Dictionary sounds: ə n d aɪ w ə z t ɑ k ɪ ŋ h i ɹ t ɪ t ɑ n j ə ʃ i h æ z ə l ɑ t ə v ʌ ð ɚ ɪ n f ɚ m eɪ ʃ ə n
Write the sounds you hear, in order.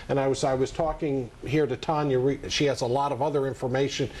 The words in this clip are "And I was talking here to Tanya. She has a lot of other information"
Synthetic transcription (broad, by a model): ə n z aɪ w ə z t ɑ k ɪ ŋ h i ɹ t ɪ t ɑ n j ə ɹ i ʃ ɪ z ə l ɑ t ə v ʌ ð ɚ ɪ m f ɚ m eɪ ʃ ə n